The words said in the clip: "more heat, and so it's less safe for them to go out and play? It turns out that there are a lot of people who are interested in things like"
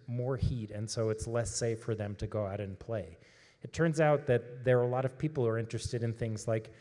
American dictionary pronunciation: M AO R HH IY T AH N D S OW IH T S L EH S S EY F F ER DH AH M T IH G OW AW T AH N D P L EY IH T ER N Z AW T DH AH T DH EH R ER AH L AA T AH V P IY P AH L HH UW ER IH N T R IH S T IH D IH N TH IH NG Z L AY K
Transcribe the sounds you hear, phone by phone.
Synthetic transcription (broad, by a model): M AO R HH IY T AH N S OW IH T S L EH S S EY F F ER DH AH M T IH G OW AW T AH N P L EY IH T ER N Z AW T DH AH T DH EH R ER AH L AA T AH V P IY P L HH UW ER IH N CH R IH S T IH D IH N TH IH NG Z L AY K